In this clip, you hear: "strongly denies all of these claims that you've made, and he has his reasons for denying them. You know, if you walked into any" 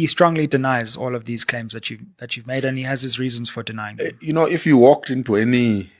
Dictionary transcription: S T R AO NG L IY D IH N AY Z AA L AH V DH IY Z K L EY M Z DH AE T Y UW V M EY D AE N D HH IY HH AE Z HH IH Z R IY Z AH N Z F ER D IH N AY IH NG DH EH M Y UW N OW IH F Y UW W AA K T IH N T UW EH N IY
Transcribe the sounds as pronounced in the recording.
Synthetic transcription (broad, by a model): S T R AO NG L IY D IH N AY Z AA L AH V DH IY Z K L EY M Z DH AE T Y UW V M EY D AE N HH IY HH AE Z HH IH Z R IY Z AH N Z F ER D IH N AY IH NG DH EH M Y UW N OW IH F Y UW W AA K T IH N T UW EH N IY